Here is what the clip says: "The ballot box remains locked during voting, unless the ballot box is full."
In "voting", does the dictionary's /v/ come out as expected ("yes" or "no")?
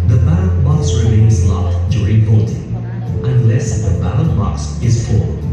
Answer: no